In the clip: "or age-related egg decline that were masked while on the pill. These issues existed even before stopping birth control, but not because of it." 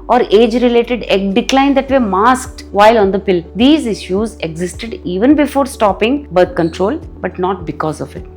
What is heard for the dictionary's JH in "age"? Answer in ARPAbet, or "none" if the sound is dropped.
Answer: JH